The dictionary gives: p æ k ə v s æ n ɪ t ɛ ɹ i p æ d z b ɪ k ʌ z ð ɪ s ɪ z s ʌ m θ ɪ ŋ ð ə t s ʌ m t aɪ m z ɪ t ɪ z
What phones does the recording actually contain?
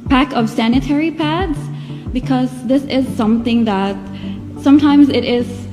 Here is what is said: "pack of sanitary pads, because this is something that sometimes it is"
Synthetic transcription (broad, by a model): p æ k ə v s æ n ɪ t ɛ ɹ i p æ d z b ɪ k ʌ z ð ɪ s ɪ z s ʌ m θ ɪ ŋ ð ə t s ʌ m t aɪ m z ɪ t ɪ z